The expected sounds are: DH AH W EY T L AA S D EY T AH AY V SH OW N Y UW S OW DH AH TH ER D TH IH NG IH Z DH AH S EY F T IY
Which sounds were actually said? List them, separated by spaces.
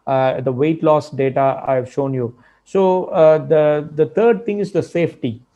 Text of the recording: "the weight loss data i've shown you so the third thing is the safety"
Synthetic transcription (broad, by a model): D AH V EY T L AA S D EY T AH AY V SH OW N Y UW S OW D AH T ER D T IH NG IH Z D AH S EY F T IY